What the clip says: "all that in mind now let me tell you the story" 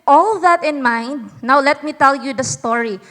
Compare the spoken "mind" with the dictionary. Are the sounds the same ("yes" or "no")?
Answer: yes